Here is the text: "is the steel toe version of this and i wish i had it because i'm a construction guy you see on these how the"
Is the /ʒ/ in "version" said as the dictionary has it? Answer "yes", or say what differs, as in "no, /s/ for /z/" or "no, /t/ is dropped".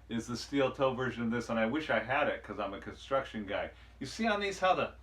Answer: yes